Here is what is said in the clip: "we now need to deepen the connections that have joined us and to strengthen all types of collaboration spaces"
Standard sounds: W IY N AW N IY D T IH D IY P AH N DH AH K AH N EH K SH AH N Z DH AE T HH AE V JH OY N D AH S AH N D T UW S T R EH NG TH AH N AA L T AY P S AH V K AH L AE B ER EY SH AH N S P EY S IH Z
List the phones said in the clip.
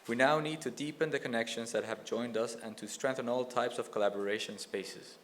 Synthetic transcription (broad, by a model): W IY N AW N IY D T IH D IY P AH N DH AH K AH N EH K SH AH N Z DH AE T HH AE V JH OY N D AH S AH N T UW S T R EH NG TH AH N AA L T AY P S AH V K AH L AE B ER EY SH AH N S P EY S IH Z